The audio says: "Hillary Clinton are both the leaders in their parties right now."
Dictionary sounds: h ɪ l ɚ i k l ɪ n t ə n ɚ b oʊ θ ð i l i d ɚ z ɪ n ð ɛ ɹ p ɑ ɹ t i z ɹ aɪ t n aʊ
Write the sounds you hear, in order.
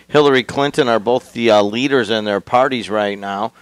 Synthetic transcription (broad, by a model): h ɪ l ɚ i k l ɪ n t ə n ɚ b oʊ θ ð i l i d ɚ z ɪ n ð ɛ ɹ p ɑ ɹ t i z ɹ aɪ t n aʊ